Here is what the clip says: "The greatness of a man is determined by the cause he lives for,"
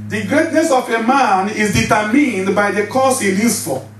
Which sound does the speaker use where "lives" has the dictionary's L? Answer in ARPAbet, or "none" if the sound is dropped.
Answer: N